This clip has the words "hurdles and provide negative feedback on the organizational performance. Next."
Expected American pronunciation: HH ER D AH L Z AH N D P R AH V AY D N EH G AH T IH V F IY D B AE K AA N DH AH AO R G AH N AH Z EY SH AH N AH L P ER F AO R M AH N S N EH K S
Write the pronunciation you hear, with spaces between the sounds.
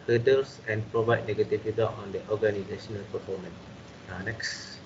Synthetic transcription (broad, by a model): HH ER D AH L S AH N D P R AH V AY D N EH G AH T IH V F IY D AO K AA N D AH AO G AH N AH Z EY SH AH N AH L P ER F AO M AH N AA N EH K S